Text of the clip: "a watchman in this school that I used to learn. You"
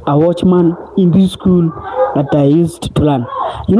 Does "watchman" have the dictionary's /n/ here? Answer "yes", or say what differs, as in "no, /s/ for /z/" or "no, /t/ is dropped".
yes